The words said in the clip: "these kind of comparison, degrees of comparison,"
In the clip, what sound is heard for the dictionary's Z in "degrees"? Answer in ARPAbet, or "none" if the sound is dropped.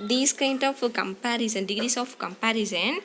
S